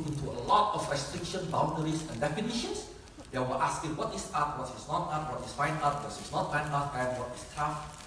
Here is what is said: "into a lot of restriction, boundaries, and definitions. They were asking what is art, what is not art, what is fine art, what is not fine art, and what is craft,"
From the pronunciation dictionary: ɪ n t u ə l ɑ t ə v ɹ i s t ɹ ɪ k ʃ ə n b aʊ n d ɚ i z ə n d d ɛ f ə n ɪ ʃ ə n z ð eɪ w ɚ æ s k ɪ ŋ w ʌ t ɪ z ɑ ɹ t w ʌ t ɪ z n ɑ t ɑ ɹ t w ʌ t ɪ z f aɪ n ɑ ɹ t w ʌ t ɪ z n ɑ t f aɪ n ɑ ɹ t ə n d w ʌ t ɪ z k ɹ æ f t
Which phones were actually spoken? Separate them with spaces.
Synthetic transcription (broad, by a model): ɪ n t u ə l ɑ t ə f ɹ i s t ɹ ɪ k ʃ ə n b aʊ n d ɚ i s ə n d d ɛ f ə n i ʃ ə n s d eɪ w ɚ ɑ s k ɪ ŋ w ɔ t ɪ s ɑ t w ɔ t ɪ s n ɑ t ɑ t w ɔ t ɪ s f aɪ n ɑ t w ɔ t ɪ s n ɑ t f aɪ n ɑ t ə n w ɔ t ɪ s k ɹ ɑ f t